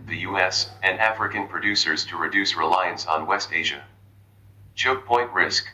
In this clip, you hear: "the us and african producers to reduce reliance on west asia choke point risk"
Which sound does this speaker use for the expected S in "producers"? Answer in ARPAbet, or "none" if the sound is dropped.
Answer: S